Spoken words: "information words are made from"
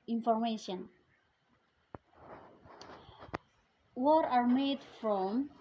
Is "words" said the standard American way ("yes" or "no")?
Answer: no